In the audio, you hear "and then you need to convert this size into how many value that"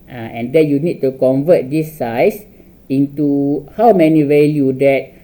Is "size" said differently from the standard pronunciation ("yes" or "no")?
yes